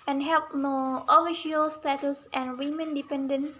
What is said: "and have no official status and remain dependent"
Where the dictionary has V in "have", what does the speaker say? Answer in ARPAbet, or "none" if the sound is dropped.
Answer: P